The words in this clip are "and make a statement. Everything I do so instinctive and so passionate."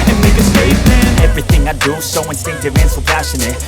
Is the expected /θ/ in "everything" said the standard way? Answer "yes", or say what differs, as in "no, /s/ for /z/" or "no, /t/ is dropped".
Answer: yes